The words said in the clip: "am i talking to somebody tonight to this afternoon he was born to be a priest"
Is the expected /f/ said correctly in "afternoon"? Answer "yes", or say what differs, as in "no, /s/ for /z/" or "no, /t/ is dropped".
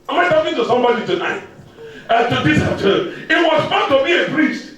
no, /f/ is dropped